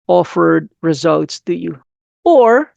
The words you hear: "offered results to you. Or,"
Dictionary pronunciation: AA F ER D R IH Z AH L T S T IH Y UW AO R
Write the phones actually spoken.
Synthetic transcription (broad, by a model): AA F ER D R IH Z AH L T S T IH Y UW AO R